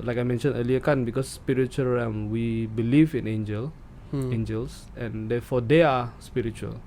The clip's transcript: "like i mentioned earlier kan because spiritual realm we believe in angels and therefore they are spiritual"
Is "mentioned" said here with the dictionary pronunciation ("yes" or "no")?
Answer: no